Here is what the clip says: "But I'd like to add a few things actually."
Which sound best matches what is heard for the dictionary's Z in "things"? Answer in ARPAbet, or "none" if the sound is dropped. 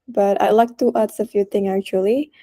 none